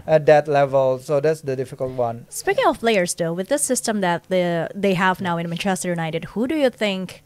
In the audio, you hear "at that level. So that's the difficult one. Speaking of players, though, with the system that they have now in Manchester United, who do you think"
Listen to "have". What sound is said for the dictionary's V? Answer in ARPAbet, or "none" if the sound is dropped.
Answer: V